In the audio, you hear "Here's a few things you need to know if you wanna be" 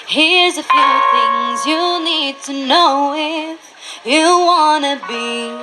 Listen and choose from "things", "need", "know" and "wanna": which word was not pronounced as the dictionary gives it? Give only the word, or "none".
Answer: none